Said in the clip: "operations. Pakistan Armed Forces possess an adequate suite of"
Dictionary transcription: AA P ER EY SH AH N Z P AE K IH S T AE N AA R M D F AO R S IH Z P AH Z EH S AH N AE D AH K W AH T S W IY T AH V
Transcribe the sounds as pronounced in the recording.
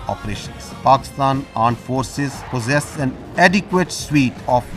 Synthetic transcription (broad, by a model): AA P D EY SH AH N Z P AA K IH S T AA N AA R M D F AO R S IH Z P AH Z EH S AH N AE D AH K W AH T S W IY T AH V